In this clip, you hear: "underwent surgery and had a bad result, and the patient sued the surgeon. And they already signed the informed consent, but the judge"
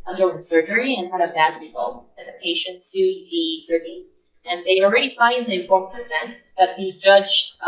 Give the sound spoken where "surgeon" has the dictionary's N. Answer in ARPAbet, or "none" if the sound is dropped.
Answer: none